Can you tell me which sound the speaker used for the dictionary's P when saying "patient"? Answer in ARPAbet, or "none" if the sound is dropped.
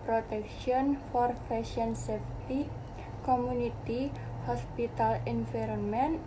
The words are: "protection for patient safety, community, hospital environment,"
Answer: F